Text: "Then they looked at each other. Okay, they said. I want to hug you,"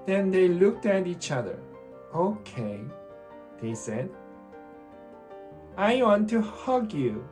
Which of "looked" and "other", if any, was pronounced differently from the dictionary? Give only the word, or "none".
none